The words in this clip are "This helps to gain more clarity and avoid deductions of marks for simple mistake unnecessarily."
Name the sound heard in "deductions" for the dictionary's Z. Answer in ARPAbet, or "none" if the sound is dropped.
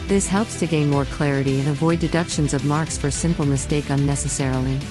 Z